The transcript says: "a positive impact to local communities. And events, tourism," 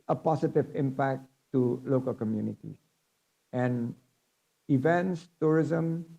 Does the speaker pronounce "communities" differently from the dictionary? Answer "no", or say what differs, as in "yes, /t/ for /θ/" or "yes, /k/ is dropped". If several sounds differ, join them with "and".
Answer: yes, /z/ is dropped